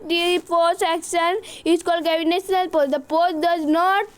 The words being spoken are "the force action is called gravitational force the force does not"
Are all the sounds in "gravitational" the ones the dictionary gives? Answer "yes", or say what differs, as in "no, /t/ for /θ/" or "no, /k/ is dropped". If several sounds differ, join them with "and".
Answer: no, /ɹ/ is dropped